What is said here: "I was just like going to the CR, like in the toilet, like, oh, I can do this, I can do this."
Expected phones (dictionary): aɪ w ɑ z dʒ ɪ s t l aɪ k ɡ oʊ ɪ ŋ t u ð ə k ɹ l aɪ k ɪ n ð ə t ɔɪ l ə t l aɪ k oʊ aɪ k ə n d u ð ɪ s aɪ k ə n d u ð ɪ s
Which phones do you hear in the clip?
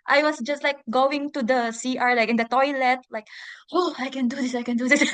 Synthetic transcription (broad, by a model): aɪ w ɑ s dʒ ɪ s t l aɪ k ɡ oʊ ɪ ŋ t u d ə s ɹ l aɪ k ɪ n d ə t ɔɪ l ə t l aɪ k oʊ aɪ k ə n d u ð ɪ s aɪ k ə n d u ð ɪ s